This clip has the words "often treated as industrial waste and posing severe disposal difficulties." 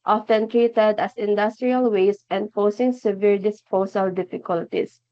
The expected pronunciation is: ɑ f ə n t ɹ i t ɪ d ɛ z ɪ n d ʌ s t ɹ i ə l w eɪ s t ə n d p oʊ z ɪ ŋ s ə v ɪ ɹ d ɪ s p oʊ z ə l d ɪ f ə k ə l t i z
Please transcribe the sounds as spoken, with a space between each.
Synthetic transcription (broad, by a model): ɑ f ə n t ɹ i t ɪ d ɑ s ɪ n d ʌ s t ɹ i ə l w eɪ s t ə n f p oʊ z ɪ ŋ s ə v ɪ ɹ d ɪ s p oʊ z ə l d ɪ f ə k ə l t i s